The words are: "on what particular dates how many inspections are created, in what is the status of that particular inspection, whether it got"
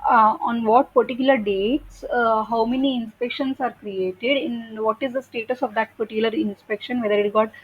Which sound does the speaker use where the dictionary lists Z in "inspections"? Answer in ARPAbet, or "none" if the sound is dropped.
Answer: S